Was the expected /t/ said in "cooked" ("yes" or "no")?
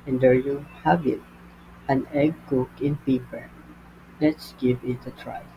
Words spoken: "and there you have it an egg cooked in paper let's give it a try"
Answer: no